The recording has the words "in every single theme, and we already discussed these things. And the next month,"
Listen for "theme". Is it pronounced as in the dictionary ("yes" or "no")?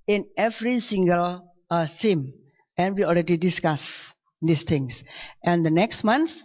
no